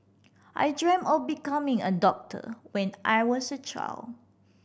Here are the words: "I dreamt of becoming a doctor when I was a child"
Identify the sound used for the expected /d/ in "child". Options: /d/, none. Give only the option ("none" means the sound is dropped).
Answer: none